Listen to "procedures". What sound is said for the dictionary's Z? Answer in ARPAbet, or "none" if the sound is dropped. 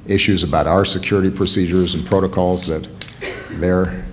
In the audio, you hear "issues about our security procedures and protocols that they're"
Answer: Z